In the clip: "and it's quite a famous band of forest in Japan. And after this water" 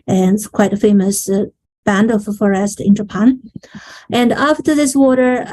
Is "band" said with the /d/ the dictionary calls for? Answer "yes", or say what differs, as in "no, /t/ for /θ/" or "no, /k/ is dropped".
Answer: yes